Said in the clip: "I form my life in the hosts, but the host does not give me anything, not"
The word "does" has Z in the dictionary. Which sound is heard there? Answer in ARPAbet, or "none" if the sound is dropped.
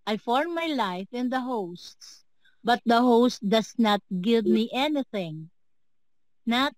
S